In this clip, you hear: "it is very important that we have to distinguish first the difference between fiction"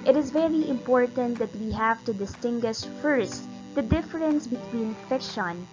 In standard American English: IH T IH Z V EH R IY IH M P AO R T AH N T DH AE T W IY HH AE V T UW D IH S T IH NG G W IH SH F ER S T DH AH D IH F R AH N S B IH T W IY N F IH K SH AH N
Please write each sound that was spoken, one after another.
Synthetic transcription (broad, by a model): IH T IH Z V EH R IY IH M P AO R T AH N T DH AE T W IY HH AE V T UW D IH S T IH NG G W IH SH F ER S T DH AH D IH F R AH N S B IH T W IY N F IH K SH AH N